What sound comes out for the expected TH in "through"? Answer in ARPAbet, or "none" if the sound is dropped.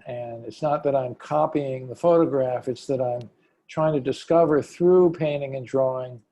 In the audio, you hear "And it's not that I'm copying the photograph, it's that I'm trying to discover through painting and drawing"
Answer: TH